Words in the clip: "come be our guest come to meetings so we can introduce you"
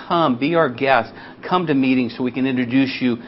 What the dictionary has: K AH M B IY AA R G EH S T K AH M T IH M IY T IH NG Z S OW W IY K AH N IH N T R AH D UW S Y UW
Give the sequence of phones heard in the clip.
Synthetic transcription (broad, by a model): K AH M B IY AA R G EH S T K AH M T IH M IY T IH NG Z S OW W IY K AH N IH N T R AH D UW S Y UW